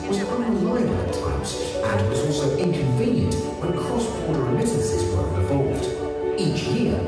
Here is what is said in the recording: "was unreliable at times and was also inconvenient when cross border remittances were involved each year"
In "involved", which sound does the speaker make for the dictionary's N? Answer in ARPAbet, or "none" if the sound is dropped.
none